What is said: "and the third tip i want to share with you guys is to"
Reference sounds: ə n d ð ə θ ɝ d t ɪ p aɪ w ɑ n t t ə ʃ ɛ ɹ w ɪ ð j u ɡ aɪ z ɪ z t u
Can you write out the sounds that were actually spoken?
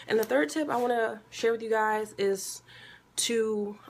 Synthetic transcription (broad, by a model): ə n ð ə θ ɝ d t ɪ p aɪ w ɑ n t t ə ʃ ɛ ɹ w ɪ ð j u ɡ aɪ z ɪ z t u